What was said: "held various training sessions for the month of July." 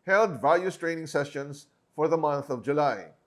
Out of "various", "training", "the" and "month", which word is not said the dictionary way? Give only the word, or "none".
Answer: various